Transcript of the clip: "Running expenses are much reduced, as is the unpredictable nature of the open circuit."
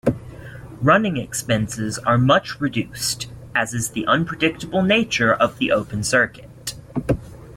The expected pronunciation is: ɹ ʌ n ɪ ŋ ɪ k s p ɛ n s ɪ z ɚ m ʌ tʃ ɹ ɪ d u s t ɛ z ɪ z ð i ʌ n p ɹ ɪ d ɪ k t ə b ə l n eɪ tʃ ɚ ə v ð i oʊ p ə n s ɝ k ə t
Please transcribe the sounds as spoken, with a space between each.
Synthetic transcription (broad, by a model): ɹ ʌ n ɪ ŋ ɪ k s p ɛ n s ɪ z ɚ m ʌ tʃ ɹ ɪ d u s t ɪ z ɪ z ð i ʌ n p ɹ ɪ d ɪ k t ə b l n eɪ tʃ ɚ ə v ð i oʊ p ə n s ɝ k ə t